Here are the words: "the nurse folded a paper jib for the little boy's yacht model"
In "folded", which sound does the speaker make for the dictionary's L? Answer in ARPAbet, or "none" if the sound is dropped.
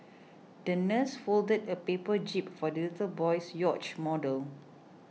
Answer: L